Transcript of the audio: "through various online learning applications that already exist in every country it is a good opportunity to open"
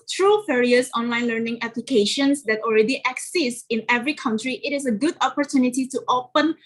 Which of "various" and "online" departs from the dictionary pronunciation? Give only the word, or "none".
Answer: various